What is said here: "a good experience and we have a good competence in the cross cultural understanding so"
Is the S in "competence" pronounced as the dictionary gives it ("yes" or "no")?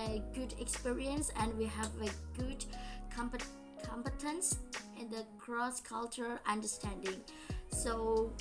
yes